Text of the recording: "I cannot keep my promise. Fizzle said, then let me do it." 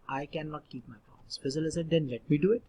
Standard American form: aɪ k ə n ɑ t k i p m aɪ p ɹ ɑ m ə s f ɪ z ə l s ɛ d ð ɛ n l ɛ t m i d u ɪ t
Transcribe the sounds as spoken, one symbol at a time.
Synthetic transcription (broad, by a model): aɪ k ə n ɑ t k i p m aɪ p ɑ ə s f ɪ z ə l s ɛ d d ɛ n l ɛ t m i d u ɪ t